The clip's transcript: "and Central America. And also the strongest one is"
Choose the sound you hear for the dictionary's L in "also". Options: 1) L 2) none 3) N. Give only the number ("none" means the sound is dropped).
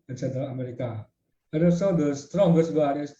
2